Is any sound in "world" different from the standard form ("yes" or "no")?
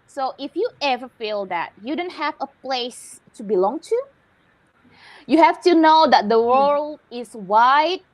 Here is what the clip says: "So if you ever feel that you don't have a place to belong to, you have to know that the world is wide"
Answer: yes